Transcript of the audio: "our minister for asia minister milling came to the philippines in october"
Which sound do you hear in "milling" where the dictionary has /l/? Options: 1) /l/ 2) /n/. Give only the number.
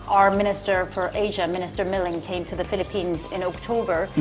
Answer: 1